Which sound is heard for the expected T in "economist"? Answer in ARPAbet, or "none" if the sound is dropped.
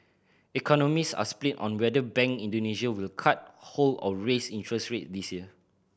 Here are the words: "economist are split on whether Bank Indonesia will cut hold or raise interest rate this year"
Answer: none